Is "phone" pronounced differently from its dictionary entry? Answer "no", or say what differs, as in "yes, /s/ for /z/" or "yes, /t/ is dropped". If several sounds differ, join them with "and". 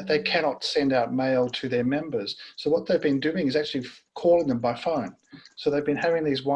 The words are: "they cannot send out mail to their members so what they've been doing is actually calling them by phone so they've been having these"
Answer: no